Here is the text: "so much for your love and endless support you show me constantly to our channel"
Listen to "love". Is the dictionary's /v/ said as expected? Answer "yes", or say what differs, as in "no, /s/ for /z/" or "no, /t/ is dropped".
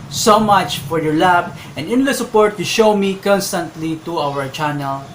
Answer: no, /b/ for /v/